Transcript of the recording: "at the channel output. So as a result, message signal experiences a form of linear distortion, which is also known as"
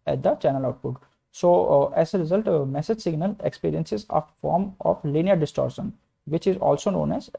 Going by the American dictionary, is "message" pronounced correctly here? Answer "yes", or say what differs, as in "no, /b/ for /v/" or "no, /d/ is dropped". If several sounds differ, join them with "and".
yes